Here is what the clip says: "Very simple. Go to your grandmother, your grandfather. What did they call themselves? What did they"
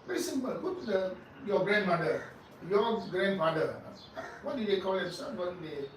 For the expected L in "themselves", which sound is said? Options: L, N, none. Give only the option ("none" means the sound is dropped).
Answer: none